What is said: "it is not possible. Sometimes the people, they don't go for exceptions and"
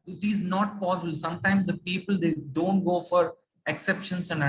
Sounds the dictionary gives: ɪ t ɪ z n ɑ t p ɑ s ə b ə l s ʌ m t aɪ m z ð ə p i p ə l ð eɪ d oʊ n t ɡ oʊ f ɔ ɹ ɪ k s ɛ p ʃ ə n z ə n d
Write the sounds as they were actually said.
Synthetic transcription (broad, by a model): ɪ t ɪ z n ɑ t p ɑ s ə b ə l s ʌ m t aɪ m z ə p i p ə l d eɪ d oʊ n t ɡ oʊ f ɔ ɹ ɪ k s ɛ p ʃ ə n s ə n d